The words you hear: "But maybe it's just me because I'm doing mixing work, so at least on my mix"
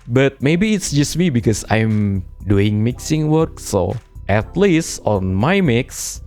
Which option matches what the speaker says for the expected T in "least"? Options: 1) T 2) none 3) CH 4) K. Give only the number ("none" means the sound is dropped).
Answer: 1